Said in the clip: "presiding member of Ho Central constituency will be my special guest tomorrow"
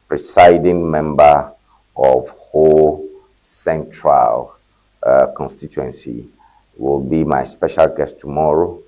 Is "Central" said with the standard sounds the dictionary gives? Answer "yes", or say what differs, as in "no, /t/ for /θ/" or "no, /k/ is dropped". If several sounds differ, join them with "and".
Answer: yes